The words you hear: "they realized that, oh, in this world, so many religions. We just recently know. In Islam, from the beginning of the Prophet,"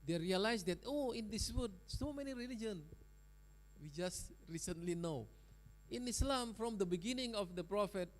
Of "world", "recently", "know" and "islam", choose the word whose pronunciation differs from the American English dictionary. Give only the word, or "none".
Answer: world